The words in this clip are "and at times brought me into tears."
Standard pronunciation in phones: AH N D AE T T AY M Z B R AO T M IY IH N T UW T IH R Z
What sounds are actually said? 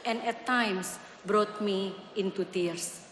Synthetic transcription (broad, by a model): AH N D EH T T AY M S B R AO T M IY IH N T UW T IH R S